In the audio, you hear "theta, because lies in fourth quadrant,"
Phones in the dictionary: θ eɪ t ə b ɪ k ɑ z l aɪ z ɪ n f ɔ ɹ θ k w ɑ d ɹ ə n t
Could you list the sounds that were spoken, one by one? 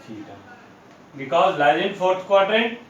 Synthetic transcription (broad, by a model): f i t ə b ɪ k ɑ z l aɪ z ɪ n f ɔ ɹ t k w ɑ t ɹ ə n